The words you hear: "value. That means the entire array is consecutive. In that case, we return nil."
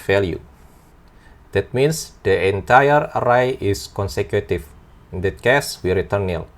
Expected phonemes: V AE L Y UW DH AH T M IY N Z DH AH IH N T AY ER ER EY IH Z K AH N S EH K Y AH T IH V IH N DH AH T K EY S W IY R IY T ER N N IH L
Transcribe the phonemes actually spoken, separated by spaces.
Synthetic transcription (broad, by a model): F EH L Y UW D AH T M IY N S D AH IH N T AY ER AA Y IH S K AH N S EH K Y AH T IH F IH N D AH T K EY S W IY R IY T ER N N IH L